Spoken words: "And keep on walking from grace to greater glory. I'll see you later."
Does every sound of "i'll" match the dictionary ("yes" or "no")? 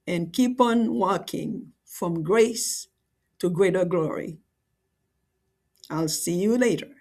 yes